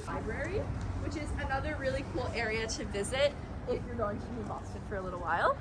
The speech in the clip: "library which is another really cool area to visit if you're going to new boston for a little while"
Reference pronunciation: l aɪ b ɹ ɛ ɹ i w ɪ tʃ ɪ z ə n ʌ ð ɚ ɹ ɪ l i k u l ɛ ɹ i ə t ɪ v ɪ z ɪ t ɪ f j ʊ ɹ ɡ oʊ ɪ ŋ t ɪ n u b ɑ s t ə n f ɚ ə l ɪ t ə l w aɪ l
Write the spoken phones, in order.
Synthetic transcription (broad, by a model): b aɪ b ɹ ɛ ɹ i w ɪ tʃ ɪ z ə n ʌ ð ɚ ɹ ɪ l i k u l ɛ ɹ i ə t ɪ v ɪ z ɪ t ɪ f j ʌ ɹ ɡ oʊ ɪ ŋ t ɪ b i b ɑ s t ə n f ɚ ə l ɪ t l w aɪ l